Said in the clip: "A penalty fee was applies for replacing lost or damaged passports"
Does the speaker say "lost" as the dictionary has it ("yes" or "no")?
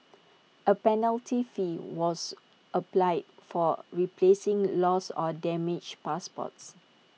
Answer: no